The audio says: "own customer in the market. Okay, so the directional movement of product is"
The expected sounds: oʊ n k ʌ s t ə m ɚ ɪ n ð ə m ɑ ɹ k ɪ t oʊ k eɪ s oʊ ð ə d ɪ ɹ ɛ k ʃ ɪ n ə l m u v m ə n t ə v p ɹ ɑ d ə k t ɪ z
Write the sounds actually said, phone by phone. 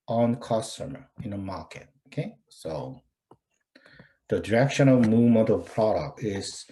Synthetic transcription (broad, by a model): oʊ n k ʌ s t ə m ɚ ɪ n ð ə m ɑ ɹ k ɪ t oʊ k eɪ s oʊ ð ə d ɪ ɹ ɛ k ʃ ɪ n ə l m u v m ə n t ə p ɹ ɑ d ə k t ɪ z